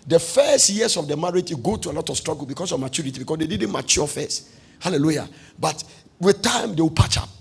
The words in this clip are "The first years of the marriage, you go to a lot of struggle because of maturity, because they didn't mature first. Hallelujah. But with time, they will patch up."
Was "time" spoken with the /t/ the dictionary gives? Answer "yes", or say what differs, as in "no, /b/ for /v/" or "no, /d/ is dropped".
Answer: yes